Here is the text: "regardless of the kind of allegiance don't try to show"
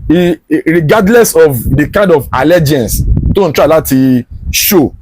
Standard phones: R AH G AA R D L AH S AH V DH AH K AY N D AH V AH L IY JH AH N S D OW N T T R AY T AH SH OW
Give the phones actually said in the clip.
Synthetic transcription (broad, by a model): R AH G AA D L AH S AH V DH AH K AY N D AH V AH L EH JH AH N S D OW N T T L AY T AH SH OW